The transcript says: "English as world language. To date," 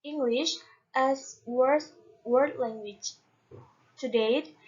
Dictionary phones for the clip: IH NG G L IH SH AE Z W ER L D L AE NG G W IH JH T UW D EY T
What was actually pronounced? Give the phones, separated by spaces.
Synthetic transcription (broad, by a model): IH NG G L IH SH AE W W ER D L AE NG G W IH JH T UW D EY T